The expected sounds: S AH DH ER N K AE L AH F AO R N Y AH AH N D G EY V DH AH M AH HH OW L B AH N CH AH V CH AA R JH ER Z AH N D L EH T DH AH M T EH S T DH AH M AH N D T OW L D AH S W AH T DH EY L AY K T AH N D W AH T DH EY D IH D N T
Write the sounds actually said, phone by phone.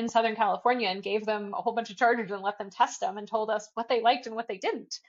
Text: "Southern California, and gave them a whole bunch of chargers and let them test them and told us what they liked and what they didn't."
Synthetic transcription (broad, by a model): S AH DH ER N K AE L AH F AO R N Y AH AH N G EY V DH AH M AH HH OW L B AH N CH AH V CH AA R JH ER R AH N L EH T DH AH M T EH S T DH AH M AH N T OW L D AH S W AH T DH EY L AY K T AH N W AH T DH EY D IH D N T